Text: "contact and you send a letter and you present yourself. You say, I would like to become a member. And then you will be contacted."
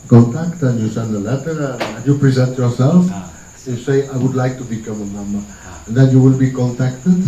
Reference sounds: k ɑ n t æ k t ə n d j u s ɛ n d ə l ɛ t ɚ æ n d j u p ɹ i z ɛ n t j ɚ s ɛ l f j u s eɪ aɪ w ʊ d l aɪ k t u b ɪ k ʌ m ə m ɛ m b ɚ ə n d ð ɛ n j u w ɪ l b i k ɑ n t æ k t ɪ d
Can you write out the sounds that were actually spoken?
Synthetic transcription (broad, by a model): k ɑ n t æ k t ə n j u s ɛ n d ə l ɛ t ɚ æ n j u p ɹ i z ɛ n t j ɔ s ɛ l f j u s eɪ aɪ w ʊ d l aɪ k t u b ɪ k ʌ m ə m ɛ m ɚ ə n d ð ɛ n j u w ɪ l b i k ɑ n t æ k t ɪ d